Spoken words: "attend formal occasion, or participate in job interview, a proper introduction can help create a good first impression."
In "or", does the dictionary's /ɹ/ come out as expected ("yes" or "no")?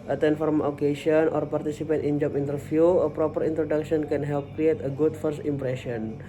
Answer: yes